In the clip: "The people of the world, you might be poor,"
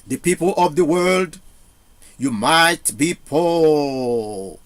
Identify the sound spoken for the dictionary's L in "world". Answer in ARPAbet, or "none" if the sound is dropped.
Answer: L